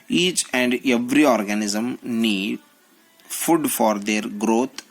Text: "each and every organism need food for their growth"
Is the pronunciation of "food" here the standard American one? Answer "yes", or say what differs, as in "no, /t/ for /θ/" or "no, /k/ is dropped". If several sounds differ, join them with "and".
yes